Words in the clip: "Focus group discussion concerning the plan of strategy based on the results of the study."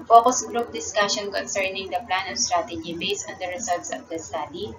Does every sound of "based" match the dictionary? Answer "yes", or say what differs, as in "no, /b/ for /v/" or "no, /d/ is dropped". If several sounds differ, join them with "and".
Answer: no, /t/ is dropped